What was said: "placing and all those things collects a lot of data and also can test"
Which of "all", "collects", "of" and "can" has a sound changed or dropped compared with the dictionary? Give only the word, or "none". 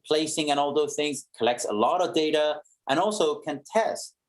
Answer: none